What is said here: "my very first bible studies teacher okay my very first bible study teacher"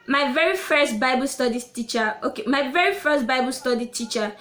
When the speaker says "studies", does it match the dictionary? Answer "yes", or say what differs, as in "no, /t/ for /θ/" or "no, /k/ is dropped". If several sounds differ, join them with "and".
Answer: no, /z/ is dropped